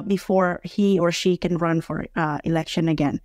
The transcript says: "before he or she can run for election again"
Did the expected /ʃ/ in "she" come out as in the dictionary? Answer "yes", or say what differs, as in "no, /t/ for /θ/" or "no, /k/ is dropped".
yes